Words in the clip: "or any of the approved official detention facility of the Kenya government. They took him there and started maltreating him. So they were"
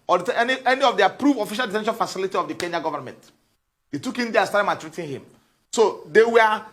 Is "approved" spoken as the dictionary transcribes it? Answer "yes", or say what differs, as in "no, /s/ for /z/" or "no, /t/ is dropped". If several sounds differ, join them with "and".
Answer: no, /d/ is dropped